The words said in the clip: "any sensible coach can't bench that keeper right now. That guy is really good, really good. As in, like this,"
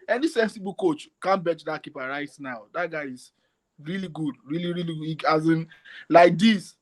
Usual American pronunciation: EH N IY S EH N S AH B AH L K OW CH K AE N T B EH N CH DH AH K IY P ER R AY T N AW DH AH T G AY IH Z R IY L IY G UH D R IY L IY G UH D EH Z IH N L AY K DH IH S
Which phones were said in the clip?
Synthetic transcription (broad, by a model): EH N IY S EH N S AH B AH K OW CH K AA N B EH CH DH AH K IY P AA R AY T N AW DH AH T G AY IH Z R IY L IY G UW D R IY L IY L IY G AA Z IH N L AY K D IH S